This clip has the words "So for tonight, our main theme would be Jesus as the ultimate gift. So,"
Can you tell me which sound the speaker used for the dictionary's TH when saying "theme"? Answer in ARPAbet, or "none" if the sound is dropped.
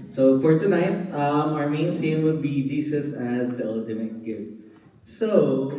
F